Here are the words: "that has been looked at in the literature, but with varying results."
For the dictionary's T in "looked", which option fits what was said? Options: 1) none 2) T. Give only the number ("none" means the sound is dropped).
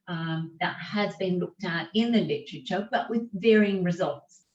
2